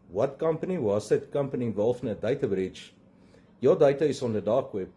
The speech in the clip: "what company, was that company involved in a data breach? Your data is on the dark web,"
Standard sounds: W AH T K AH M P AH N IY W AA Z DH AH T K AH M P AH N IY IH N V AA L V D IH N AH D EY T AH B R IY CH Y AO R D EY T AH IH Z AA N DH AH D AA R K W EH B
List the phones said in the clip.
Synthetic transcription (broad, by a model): W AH T K AH M P AH N IY W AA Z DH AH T K AH M P AH N IY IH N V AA L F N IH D AH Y T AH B R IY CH Y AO D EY T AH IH S AA N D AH D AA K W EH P